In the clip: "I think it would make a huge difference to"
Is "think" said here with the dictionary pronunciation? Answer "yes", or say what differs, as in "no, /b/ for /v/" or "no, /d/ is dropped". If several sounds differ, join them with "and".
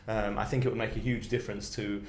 yes